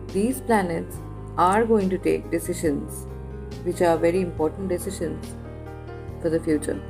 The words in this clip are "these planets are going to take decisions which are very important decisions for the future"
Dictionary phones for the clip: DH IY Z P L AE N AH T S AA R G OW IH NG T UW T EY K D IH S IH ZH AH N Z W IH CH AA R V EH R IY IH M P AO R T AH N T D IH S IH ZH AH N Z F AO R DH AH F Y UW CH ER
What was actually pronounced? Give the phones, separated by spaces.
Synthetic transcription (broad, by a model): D IY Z P L AE N AH T S AA R G OW IH NG T UW T EY K D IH S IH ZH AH N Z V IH CH AA R V EH R IY IH M P AO R T AH N T D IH S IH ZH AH N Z F AO R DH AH F Y UW CH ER